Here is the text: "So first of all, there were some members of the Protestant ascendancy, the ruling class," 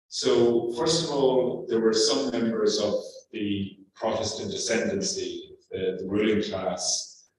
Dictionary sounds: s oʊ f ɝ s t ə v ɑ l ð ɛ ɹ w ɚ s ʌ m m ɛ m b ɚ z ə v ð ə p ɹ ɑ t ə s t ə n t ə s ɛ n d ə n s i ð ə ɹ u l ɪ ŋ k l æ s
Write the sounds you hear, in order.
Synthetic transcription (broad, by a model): s oʊ f ɝ s t ə v ɑ l ð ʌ ɹ w ɚ s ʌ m m ɛ m b ɚ z ə v ð ə p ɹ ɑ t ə s t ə n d ə s ɛ n d ə n s i ð ə ɹ u l ɪ ŋ k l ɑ s